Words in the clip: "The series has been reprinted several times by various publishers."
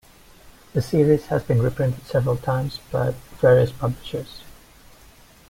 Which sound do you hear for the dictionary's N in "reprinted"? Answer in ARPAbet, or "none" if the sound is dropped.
N